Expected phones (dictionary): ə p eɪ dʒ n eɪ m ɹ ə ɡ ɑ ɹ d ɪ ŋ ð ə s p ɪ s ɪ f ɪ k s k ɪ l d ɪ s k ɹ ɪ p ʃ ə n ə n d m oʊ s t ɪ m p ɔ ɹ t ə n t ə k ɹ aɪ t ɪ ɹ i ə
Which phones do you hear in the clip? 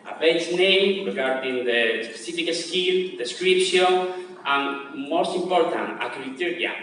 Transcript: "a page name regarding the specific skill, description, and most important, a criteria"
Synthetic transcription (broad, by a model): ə b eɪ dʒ n eɪ m ɹ ə ɡ ɑ ɹ d ɪ ŋ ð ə s p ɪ s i f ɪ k s k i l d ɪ s k ɹ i p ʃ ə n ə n m oʊ s t ɪ m p ɔ ɹ t ə n t ə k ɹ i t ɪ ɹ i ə